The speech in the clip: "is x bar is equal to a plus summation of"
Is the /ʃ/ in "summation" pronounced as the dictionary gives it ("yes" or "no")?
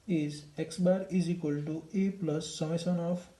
no